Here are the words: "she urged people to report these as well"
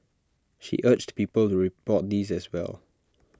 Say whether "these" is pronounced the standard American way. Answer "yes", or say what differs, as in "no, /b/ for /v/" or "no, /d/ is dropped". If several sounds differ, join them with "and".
yes